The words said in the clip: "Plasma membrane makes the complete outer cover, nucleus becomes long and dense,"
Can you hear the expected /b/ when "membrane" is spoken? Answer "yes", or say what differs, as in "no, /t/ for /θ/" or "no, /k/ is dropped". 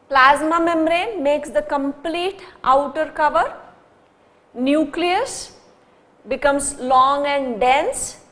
no, /b/ is dropped